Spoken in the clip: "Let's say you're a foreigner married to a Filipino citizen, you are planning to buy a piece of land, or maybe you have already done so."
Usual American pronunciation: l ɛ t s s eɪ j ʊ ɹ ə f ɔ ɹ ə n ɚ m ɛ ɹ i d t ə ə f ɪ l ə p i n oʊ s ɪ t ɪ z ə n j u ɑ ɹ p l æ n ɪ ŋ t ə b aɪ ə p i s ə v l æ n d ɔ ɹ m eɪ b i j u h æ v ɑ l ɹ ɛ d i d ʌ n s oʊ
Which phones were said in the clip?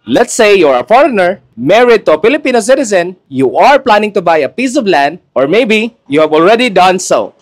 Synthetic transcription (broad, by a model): l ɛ t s s eɪ j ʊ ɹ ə f ɔ ɹ ə n ɚ m ɛ ɹ i d t ə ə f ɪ l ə p i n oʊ s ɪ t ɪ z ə n j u ɑ ɹ p l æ n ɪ ŋ t ə b aɪ ə p i s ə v l æ n d ɔ ɹ m eɪ b i j u h æ v ɑ l ɹ ɛ d i d ʌ n s oʊ